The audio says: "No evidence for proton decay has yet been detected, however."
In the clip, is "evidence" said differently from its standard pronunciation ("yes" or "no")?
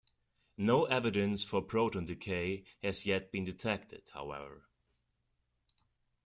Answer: no